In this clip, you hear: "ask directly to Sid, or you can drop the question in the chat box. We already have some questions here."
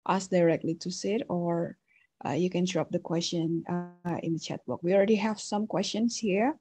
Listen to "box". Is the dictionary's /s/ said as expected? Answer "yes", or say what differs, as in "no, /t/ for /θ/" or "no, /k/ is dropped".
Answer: no, /s/ is dropped